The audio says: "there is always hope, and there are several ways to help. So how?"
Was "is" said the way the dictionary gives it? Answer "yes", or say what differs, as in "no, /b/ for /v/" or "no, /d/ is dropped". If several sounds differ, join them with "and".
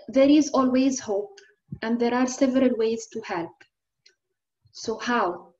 yes